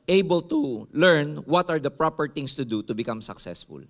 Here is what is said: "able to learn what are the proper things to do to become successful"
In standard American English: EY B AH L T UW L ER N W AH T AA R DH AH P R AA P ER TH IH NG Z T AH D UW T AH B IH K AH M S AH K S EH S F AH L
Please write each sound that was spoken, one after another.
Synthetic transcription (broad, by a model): EY B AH L T UW L ER N W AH T AA R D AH P R AA P ER T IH NG S T AH D UW T AH B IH K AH M S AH K S EH S F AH L